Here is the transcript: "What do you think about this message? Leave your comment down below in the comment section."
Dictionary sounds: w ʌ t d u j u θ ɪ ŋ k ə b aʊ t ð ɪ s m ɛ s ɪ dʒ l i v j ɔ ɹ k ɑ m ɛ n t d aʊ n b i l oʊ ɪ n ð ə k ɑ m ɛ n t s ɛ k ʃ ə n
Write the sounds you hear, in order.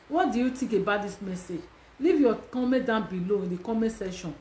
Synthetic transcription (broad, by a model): w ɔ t d u j u t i k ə b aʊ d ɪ s m ɛ s ɪ dʒ l i v j ɔ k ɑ m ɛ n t d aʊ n b i l oʊ ɪ n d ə k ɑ m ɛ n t s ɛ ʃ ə n